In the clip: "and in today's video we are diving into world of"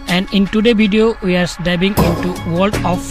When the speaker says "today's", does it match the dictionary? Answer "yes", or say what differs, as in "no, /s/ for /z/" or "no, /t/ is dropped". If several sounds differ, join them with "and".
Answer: no, /z/ is dropped